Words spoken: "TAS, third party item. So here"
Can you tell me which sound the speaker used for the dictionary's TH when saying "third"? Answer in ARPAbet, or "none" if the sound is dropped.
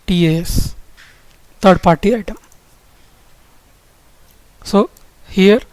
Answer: T